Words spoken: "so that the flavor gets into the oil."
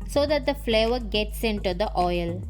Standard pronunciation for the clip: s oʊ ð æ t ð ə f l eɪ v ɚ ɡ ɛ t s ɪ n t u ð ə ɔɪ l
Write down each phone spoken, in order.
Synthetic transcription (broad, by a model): s oʊ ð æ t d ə f l eɪ v ɚ ɡ ɛ t s ɪ n t u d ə ɔɪ l